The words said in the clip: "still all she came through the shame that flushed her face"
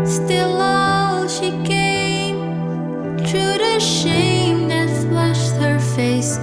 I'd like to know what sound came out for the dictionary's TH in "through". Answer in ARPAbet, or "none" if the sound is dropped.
T